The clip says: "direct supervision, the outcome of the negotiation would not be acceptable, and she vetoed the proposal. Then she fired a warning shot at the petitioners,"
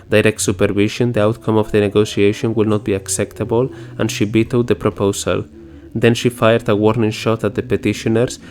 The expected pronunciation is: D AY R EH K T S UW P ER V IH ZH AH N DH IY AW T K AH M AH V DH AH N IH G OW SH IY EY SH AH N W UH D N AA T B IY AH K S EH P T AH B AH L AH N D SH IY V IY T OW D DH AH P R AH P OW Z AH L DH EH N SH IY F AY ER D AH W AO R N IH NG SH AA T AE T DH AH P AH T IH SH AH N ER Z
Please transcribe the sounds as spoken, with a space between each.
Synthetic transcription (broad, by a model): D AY R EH K T S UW P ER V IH SH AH N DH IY AW T K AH M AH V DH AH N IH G OW S IY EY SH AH N W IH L N AA T B IY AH K S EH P T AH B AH L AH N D SH IY B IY T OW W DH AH P R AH P OW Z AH L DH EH N SH IY F AY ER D AH W AO R N IH NG SH AA T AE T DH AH P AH T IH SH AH N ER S